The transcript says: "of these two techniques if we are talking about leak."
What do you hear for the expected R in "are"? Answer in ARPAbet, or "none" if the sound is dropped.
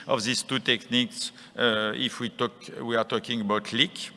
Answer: W